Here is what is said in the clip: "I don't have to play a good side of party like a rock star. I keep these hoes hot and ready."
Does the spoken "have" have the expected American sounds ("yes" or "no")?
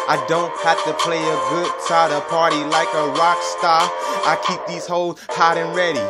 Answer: no